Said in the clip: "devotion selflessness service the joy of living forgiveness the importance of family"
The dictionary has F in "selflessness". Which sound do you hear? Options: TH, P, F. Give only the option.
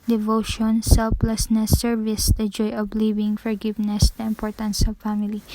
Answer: P